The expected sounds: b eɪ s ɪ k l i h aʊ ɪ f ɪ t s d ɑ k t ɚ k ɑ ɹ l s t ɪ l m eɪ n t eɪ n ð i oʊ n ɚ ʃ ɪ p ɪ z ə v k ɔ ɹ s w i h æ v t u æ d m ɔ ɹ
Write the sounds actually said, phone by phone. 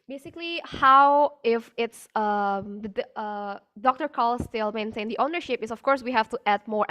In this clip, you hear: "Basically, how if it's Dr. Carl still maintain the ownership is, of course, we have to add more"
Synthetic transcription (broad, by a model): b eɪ s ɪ k l i h aʊ ɪ f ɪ t s d ɑ k t ɚ k ɑ l s t ɪ l m eɪ n t eɪ n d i oʊ n ɚ ʃ ɪ p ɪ s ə f k ɔ ɹ s w i h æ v t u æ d m ɔ ɹ